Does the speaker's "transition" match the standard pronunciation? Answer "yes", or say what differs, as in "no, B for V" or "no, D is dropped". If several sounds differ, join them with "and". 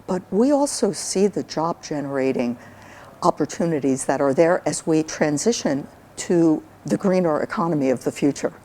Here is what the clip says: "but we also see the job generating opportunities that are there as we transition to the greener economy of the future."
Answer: yes